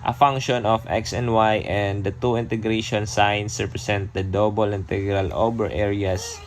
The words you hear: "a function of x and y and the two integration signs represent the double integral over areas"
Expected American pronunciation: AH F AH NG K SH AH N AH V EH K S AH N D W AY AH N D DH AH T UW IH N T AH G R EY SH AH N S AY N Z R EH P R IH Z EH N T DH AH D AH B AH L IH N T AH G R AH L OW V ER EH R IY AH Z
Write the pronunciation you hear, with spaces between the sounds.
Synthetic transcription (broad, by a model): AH F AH NG K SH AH N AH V EH K S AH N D W AY AH N D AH T UW IH N T AH G R EY SH AH N S AY N S R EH P R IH S EH N T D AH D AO B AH L IH N T AH G R AH L OW B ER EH R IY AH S